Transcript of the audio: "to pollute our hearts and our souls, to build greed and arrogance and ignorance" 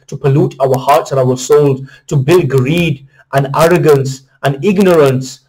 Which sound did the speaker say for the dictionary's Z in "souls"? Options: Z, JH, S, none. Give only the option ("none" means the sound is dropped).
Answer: none